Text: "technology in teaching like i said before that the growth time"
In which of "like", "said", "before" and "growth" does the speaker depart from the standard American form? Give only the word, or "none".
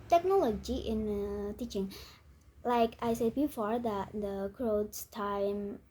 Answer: growth